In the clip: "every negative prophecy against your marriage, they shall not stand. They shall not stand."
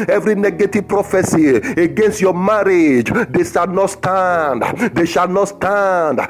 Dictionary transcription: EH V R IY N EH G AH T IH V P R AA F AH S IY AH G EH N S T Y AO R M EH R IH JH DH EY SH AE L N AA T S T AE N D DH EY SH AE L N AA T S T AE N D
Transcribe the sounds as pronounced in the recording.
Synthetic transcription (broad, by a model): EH V R IY N EH G AH T IH V P R AA F AH S IY AH G EH N S T Y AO M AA R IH JH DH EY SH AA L N AA T S T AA N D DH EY SH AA L N AA T S T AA N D